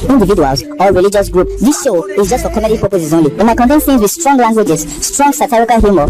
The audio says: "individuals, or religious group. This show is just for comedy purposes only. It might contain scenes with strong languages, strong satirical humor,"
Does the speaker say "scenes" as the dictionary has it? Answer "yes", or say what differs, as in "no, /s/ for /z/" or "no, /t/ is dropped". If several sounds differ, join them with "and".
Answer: no, /θ/ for /s/